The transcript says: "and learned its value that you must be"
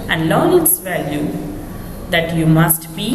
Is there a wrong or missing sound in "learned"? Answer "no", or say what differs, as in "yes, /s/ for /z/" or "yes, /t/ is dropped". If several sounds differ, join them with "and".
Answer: yes, /d/ is dropped